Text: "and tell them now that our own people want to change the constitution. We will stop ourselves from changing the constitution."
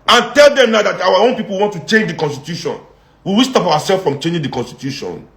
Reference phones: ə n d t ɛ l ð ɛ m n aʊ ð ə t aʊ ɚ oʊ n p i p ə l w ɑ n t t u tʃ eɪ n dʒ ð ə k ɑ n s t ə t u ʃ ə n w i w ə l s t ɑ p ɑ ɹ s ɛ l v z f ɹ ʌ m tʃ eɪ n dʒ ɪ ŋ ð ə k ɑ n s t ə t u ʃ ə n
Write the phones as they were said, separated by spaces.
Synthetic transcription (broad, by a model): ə n t ɛ l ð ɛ m n aʊ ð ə t aʊ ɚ oʊ n p i p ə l w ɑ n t t u tʃ eɪ n dʒ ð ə k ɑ n s t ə t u ʃ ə n w i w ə s t ɑ p ɑ w s ɛ l f ɹ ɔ m tʃ eɪ n dʒ ɪ ŋ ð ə k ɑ n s t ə t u ʃ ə n